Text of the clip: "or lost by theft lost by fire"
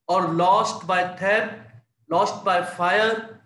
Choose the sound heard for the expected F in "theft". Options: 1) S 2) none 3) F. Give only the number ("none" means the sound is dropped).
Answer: 2